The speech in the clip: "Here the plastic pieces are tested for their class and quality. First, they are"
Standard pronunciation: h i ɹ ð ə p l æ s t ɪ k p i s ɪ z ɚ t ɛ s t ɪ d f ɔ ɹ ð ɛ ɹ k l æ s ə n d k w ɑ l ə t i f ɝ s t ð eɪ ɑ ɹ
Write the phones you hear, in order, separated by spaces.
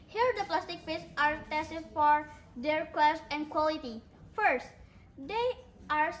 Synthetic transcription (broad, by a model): h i ɹ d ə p l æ s t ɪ k f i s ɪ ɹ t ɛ s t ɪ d f ɔ ɹ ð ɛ ɹ k w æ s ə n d k w ɑ l ə t i f ɝ s t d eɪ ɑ ɹ